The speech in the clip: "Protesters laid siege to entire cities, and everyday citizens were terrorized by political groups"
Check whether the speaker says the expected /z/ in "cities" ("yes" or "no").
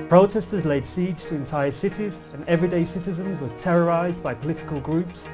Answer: yes